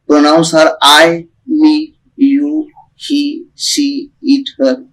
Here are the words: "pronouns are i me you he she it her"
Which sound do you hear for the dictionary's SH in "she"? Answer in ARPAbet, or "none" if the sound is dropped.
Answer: S